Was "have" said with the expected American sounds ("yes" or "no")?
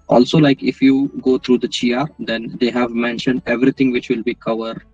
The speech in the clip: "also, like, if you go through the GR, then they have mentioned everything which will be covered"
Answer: yes